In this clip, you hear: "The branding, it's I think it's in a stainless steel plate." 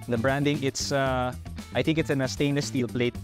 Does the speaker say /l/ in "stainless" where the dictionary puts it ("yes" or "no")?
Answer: no